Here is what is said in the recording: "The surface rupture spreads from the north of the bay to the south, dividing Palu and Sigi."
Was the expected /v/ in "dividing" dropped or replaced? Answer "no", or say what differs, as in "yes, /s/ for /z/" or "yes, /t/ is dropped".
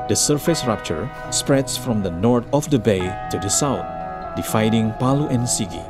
yes, /f/ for /v/